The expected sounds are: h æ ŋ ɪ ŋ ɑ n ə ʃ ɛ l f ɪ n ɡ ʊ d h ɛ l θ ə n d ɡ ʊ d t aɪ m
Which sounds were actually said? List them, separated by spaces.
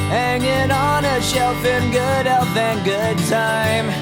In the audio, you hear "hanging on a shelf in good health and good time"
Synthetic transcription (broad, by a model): h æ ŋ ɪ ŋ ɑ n ə ʃ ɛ l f ɪ n ɡ ʊ d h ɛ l f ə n ɡ ʊ d t aɪ m